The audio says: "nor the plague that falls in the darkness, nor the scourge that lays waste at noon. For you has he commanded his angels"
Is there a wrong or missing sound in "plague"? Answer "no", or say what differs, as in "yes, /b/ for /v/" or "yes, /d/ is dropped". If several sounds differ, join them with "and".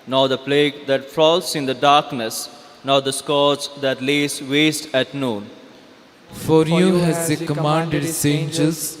no